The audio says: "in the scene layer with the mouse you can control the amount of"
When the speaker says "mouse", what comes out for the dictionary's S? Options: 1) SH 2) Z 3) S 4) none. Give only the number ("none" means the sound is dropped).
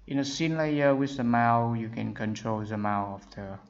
4